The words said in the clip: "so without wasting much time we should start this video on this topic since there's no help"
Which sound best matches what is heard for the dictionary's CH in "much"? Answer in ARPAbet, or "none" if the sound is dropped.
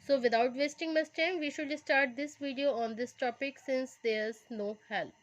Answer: S